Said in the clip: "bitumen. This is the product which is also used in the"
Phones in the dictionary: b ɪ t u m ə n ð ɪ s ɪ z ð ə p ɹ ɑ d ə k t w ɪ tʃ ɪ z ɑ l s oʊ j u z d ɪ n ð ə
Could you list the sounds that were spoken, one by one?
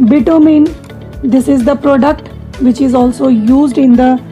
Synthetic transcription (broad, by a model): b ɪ t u m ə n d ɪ s ɪ z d ə p ɹ ɑ d ə k t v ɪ tʃ ɪ z ɑ l s oʊ j u z d ɪ n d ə